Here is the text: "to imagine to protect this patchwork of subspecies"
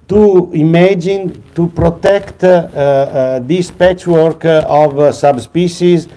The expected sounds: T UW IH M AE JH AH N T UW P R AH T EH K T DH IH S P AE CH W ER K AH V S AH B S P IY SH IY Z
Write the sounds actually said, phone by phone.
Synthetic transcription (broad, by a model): T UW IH M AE JH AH N T UW P R AH T EH K T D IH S P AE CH W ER K AH V S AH B S P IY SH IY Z